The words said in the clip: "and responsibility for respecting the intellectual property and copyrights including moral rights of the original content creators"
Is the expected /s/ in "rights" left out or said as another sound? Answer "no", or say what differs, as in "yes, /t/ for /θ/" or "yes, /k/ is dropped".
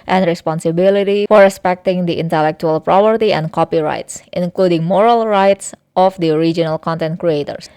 no